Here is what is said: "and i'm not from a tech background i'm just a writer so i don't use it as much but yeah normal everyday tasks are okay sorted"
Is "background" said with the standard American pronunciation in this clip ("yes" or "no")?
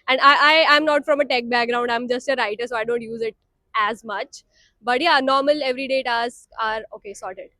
yes